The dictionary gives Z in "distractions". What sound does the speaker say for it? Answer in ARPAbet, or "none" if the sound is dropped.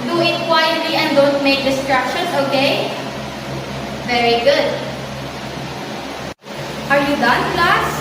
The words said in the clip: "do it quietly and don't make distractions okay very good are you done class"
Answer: S